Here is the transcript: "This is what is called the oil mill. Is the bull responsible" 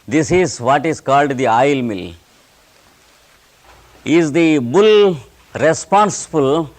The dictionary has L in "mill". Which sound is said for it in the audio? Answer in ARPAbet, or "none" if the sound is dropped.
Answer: L